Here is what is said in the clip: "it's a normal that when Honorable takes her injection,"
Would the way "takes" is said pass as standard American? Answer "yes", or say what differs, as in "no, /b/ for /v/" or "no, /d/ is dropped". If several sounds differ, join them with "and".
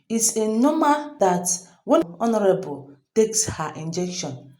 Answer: yes